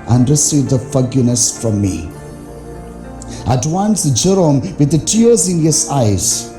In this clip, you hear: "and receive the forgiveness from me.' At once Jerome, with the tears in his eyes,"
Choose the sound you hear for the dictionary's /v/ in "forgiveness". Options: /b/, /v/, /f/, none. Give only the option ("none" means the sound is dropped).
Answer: none